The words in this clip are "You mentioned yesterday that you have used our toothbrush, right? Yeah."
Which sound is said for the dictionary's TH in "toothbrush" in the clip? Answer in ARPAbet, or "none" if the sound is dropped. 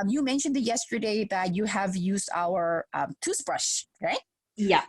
S